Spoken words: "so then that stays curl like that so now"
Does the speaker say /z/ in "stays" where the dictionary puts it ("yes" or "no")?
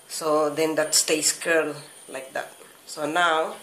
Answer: no